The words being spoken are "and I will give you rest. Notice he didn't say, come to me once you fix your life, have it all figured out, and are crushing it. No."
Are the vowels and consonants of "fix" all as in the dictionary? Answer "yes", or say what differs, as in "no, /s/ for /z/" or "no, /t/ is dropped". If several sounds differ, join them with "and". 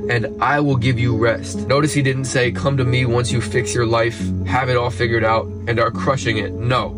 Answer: yes